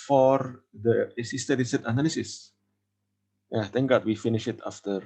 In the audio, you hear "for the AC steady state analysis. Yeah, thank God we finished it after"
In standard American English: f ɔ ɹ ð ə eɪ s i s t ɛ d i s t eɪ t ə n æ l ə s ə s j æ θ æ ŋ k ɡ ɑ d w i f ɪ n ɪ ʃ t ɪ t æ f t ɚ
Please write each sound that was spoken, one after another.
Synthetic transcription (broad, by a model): f ɔ ɹ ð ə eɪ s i s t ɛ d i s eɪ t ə n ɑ l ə s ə s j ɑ t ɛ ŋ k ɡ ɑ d w i f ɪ n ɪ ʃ ɪ t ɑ f t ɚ